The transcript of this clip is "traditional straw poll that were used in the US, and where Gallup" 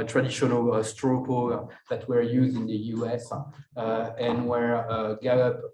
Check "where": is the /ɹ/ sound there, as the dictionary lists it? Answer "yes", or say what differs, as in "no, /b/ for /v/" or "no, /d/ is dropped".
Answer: yes